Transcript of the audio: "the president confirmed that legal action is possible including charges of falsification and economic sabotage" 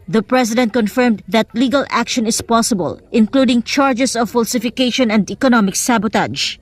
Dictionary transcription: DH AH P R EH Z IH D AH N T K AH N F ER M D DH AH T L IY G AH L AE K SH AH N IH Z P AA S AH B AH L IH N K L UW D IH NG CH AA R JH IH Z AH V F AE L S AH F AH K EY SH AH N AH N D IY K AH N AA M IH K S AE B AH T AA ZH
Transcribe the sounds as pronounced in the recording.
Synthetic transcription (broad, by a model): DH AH P R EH S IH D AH N T K AH N F ER M D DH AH T L IY G AH L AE K SH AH N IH S P AA S AH B AH L IH N K L UW D IH NG CH AA R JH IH S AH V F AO L S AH F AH K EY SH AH N AH N D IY K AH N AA M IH K S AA B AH T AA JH